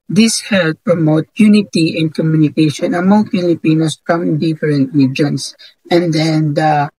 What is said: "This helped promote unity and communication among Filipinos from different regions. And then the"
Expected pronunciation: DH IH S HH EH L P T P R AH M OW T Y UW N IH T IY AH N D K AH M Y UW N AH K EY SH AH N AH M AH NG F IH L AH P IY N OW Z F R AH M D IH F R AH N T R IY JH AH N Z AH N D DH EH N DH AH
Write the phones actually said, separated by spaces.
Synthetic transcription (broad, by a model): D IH S HH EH L T P R AH M OW T Y UW N IH T IY AH N D K AH M Y UW N AH K EY SH AH N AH M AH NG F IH L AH P IY N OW S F R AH M D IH F R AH N T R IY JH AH N S AH N D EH N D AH